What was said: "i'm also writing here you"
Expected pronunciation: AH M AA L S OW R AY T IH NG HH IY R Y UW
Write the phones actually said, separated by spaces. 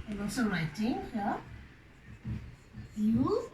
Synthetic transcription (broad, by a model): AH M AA S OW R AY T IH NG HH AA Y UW